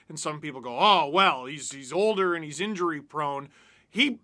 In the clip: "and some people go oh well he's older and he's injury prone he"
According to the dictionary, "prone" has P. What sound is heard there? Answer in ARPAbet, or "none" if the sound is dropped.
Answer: P